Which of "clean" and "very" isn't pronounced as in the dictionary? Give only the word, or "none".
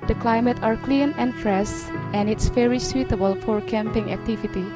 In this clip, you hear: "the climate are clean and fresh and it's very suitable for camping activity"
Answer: very